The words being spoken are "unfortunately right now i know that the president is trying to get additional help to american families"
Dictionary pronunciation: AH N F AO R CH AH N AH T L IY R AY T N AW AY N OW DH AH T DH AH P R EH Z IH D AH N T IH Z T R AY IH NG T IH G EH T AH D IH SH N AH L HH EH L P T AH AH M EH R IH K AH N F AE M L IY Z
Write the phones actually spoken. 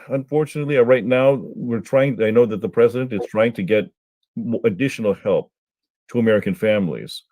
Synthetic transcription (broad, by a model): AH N F AO R CH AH N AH T L IY R AY T N AW AY N OW DH AH T DH AH P R EH Z IH D AH N T IH Z T R AY IH NG T IH G EH T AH D IH SH N L HH EH L P T AH AH M EH R IH K AH N F AE M L IY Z